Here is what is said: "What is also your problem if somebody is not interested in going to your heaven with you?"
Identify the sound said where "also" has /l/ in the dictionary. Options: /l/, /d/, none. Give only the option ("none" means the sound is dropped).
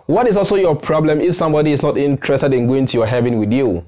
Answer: /l/